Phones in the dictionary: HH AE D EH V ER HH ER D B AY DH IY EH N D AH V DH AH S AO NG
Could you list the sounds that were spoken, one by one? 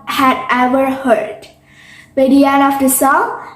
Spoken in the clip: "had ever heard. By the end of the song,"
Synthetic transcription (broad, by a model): HH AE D EH V ER HH ER D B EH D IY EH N AH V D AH S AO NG